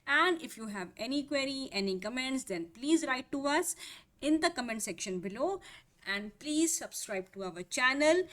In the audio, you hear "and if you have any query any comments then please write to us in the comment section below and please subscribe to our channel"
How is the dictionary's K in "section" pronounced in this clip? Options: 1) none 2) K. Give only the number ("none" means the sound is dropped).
2